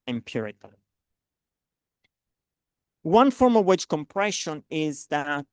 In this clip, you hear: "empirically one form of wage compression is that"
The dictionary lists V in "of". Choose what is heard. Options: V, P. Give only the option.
V